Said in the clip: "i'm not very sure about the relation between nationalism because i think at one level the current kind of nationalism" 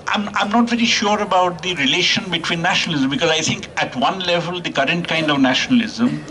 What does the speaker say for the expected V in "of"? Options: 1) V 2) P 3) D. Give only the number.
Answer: 1